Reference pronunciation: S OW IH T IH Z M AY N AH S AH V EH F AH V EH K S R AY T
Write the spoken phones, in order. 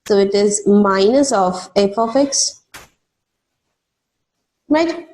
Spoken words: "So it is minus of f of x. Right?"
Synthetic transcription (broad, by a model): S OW IH T IH Z M AY N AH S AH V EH P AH F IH K S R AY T